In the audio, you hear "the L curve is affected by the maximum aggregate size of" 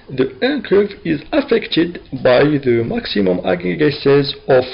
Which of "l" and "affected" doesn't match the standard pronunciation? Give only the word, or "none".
l